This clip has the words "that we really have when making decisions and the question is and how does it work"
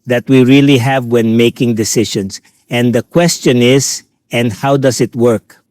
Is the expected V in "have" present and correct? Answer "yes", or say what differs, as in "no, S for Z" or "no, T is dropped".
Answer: yes